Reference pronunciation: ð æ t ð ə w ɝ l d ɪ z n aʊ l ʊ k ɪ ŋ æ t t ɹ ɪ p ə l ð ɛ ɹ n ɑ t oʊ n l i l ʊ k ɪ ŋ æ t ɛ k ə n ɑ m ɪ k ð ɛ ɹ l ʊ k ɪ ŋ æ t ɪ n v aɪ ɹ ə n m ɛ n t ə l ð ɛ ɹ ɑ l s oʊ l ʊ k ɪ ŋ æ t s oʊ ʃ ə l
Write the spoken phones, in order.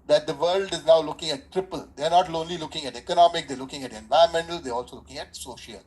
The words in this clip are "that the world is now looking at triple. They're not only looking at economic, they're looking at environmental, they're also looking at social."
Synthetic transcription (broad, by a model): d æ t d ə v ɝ l d ɪ z n aʊ l ʊ k ɪ ŋ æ t t ɹ ɪ p ə l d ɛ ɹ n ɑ t oʊ n l i l ʊ k ɪ ŋ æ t ɛ k ə n ɑ m ɪ k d ɛ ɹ l ʊ k ɪ ŋ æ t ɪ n v aɪ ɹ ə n m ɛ n t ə l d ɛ ɹ ɑ l s oʊ l ʊ k ɪ ŋ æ t s oʊ ʃ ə l